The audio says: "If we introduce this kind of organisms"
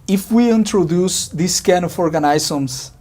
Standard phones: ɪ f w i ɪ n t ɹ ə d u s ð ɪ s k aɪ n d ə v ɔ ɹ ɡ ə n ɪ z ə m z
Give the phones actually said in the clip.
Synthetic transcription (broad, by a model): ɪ f w i ɪ n t ɹ ə d u s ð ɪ s k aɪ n ə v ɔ ɹ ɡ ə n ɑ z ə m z